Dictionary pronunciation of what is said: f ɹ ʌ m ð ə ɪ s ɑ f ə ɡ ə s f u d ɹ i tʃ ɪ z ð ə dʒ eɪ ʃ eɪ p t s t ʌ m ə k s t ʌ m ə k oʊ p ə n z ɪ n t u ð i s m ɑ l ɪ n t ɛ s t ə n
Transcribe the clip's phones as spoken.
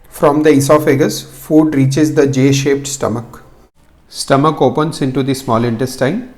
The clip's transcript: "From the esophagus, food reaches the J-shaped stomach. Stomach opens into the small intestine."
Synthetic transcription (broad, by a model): f ɹ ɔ m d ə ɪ s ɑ f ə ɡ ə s f u d ɹ i tʃ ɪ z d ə dʒ eɪ ʃ eɪ p t s t ʌ m ə k s t ʌ m ə k oʊ p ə n s ɪ n t u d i s m ɑ l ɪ n t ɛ s t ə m